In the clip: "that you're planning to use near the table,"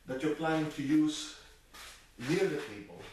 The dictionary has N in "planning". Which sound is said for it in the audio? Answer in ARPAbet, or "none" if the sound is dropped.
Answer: none